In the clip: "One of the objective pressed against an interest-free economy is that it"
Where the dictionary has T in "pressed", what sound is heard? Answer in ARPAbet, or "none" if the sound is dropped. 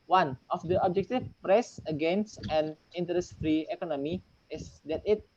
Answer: none